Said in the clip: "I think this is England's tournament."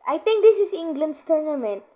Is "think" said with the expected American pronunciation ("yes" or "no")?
no